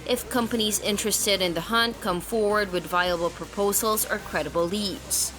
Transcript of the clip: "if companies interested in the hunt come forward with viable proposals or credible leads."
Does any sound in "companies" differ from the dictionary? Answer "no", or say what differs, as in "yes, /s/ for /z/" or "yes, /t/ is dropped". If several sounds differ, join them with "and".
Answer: no